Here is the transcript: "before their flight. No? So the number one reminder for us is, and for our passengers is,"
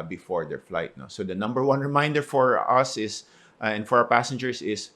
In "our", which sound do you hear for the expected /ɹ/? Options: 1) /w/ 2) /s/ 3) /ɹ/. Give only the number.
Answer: 1